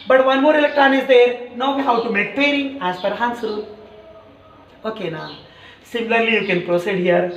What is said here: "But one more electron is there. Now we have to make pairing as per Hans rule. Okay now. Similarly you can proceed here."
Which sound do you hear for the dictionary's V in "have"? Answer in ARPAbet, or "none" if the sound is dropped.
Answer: W